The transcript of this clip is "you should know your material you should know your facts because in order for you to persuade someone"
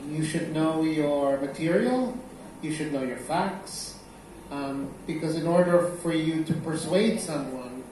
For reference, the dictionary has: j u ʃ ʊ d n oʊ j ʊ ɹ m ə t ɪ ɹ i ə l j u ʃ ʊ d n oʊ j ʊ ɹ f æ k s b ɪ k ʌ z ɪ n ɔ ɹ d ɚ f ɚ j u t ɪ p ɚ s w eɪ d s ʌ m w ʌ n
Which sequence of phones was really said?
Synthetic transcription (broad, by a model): j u ʃ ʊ d n oʊ j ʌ ɹ m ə t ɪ ɹ i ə l j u ʃ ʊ d n oʊ j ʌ ɹ f æ k s b ɪ k ʌ z ɪ n ɔ ɹ d ɚ f ɚ j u t ɪ p ɚ s w eɪ d s ʌ m w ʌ n